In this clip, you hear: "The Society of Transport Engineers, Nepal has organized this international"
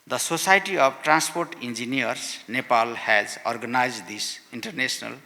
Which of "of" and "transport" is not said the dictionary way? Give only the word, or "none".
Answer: of